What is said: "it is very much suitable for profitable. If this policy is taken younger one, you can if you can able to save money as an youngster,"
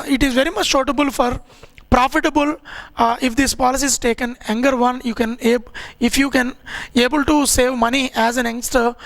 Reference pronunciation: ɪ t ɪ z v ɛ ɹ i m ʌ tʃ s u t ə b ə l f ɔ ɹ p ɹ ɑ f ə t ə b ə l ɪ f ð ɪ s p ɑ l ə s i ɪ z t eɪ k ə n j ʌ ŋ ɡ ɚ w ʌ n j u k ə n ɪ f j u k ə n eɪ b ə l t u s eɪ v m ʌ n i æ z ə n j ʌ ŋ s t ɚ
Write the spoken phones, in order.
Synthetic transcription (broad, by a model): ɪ t ɪ z v ɛ ɹ i m ʌ tʃ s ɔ t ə b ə l f ɔ ɹ p ɹ ɑ f ə t ə b ə l ɪ f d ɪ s p ɑ l ə s i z t eɪ k ə n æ ŋ ɡ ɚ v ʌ n j u k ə n ɪ f j u k ə n eɪ b ə l t u s eɪ v m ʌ n i æ z ə n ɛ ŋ s t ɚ